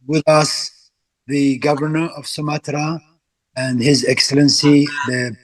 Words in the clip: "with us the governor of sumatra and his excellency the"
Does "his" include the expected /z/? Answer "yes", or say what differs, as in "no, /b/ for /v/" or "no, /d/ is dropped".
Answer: yes